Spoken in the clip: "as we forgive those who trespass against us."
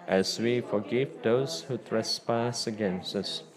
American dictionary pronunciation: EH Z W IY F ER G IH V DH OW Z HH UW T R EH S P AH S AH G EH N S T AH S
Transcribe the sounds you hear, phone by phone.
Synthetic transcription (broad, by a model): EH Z W IY F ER G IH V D OW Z HH UW T R EH S P AH S AH G EH N S T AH S